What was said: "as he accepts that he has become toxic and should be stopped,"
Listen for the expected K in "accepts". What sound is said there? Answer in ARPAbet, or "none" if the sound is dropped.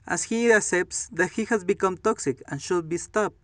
none